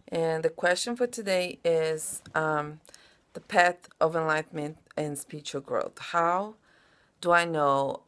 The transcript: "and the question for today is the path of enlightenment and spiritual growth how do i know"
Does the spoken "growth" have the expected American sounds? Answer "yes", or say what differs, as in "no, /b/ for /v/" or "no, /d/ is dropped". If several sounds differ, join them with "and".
yes